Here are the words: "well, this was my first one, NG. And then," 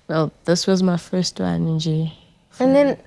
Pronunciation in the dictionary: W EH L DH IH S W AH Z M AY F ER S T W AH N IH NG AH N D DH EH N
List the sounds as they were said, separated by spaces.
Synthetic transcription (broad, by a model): W EH L DH IH S W AH Z M AY F ER S T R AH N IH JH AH N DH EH N